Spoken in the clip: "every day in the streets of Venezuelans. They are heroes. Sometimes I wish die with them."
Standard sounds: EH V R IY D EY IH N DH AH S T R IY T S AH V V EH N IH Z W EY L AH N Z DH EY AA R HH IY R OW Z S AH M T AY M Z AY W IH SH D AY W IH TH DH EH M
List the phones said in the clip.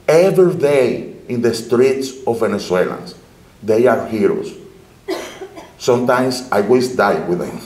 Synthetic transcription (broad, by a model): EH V R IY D EY IH N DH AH S T R IY T S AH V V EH N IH S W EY L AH N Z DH EY AA R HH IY R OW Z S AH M T AY M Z AY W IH S D AY W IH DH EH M